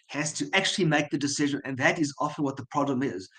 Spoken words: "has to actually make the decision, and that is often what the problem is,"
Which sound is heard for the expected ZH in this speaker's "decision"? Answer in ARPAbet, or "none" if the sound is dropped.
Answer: ZH